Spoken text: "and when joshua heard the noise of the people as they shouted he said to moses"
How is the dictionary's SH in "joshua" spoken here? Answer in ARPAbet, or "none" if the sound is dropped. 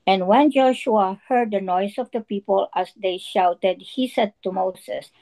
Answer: SH